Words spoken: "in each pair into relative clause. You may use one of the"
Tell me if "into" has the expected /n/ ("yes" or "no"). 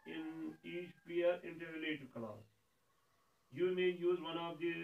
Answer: yes